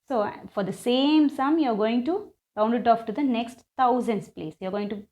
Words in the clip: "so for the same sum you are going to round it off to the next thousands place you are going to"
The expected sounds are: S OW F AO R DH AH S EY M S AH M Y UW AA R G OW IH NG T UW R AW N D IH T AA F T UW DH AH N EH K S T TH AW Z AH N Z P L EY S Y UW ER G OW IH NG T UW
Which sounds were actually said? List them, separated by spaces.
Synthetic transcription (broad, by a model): S OW F AO R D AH S EY M S AH M Y UW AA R G OW IH NG T UW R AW N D IH T AA F T UW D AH N EH K S T T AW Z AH N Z P L EY S Y UW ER G OW IH NG T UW